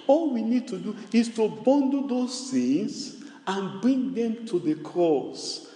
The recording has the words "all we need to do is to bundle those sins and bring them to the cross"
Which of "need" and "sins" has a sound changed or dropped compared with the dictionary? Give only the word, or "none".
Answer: sins